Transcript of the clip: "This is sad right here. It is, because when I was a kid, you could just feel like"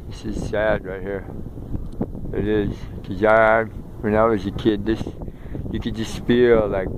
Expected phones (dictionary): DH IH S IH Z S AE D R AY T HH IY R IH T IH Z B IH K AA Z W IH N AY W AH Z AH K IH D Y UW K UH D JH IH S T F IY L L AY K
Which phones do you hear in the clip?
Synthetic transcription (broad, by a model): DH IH S IH Z S AE D R AY T HH IY R IH T IH Z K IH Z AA W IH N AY W AH Z AH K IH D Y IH K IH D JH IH S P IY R L AY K